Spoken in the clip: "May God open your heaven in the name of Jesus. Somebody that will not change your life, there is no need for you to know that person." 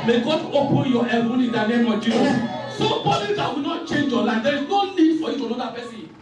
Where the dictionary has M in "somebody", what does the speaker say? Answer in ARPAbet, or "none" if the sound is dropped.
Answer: none